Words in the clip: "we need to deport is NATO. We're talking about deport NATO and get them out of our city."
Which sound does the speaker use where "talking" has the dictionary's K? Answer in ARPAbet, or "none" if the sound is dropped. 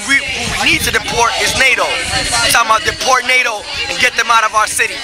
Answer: none